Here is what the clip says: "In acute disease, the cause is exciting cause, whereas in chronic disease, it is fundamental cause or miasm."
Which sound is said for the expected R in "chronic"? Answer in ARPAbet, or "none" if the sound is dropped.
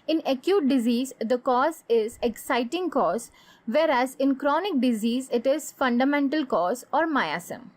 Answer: R